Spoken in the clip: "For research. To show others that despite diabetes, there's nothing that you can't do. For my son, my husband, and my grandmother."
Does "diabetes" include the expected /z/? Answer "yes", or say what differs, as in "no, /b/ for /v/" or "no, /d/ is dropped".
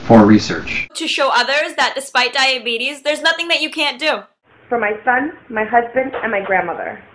yes